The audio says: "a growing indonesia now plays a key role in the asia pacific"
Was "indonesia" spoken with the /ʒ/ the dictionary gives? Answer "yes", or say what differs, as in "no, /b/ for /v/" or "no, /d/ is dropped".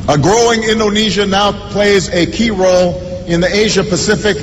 yes